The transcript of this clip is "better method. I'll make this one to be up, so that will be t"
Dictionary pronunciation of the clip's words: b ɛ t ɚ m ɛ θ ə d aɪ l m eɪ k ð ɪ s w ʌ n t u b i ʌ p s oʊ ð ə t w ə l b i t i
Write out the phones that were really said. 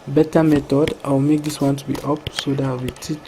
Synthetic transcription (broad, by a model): b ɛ t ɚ m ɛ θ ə d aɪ w m eɪ k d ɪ s w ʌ n t u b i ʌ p s oʊ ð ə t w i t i